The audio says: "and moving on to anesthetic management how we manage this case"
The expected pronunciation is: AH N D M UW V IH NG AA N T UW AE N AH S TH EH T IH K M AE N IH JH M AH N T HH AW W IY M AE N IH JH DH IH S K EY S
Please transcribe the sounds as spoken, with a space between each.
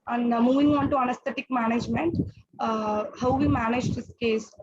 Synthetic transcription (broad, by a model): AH N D M UW V IH NG AA N T UW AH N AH S T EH T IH K M AE N IH JH M AH N T HH AW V IY M AE N IH JH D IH S K EY S